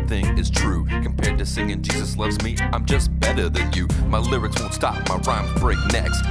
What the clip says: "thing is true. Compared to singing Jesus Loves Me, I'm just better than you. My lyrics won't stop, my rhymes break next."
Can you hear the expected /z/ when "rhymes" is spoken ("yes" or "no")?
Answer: no